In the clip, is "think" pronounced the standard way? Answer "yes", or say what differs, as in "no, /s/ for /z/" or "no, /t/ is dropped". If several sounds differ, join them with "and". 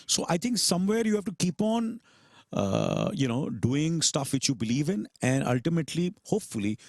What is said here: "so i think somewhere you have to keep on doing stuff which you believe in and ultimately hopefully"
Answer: no, /t/ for /θ/